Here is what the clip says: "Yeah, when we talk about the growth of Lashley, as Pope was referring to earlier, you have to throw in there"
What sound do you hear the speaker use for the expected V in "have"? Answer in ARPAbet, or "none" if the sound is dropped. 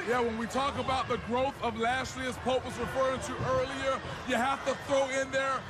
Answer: F